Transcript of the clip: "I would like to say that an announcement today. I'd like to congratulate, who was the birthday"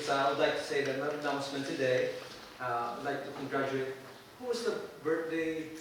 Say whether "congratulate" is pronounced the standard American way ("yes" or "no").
no